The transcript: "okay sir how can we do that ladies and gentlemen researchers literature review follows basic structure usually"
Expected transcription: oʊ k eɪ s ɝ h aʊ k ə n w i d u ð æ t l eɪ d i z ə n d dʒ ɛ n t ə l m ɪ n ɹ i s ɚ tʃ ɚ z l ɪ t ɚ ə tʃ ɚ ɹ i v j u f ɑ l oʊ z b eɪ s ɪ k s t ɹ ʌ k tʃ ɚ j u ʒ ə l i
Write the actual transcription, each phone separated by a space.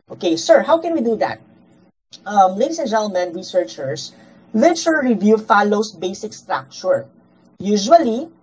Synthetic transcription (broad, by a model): oʊ k eɪ s ɝ h aʊ k ə n w i d u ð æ t l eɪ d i s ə n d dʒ ɛ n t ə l m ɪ n ɹ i s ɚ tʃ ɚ s l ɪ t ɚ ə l ɹ i v j u f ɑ l oʊ s b eɪ s ɪ k s t ɹ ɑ k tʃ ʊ j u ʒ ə l i